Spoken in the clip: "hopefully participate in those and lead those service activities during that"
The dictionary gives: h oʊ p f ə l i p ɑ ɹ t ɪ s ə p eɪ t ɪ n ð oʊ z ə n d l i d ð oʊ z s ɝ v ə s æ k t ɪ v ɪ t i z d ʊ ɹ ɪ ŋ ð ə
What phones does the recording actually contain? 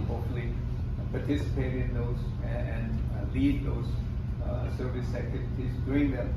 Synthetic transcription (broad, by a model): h oʊ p f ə l i p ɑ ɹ t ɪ s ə p eɪ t ɪ n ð oʊ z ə n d l i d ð oʊ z s ɝ v ə s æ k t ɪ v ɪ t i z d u ɪ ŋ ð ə